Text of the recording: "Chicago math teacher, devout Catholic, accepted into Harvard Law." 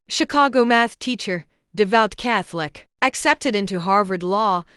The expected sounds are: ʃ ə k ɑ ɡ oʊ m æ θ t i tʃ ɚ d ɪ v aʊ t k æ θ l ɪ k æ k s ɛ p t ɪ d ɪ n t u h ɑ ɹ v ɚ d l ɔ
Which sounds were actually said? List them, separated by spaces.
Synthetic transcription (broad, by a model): ʃ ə k ɑ ɡ oʊ m æ θ t i tʃ ɚ d ɪ v aʊ t k æ θ l ɪ k æ k s ɛ p t ɪ d ɪ n t u h ɑ ɹ v ɚ d l ɔ